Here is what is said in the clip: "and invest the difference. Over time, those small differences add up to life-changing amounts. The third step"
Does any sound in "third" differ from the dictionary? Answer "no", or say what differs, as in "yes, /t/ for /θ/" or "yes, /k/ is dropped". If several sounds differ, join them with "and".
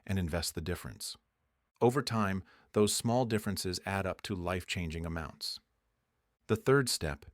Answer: no